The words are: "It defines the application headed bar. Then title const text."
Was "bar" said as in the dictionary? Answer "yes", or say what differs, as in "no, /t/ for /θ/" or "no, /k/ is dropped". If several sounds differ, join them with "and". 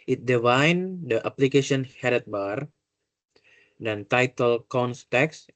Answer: yes